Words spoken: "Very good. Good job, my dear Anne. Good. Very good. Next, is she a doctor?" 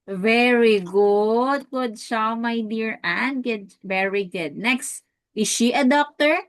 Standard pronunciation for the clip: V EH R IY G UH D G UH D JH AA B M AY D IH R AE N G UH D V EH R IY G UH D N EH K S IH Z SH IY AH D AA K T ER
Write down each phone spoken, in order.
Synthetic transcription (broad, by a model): V EH R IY G UH D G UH D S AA M AY D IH R AE N G UH D V EH R IY G UH D N EH K S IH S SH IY AH D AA K T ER